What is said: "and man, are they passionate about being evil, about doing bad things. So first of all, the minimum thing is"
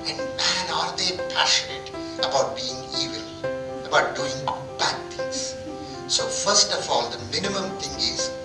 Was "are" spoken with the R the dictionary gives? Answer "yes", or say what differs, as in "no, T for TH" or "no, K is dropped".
yes